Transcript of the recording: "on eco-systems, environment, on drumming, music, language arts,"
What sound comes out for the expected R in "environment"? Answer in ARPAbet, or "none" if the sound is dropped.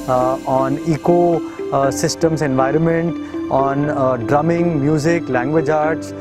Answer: R